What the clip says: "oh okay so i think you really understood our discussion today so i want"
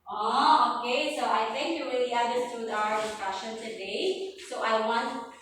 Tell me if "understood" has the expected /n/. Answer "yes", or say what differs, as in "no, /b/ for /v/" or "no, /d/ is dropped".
no, /n/ is dropped